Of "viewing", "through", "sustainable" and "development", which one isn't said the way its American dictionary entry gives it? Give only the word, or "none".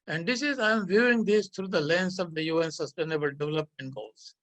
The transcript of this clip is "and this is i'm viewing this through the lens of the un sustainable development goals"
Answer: through